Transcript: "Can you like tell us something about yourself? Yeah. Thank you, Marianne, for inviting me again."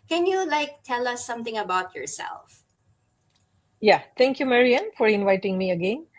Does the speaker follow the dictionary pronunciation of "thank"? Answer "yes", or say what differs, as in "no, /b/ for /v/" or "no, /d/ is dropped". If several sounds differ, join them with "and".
no, /t/ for /θ/